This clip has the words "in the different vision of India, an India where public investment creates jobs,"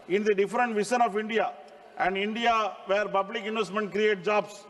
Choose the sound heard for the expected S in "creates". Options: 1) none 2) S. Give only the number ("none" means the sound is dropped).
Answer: 1